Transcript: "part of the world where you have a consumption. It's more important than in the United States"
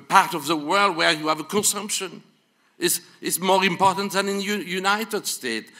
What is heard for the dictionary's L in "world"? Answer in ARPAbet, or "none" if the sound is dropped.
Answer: L